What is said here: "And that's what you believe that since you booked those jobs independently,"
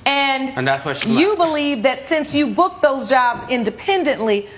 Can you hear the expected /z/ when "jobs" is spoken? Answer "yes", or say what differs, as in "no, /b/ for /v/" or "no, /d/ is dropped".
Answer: yes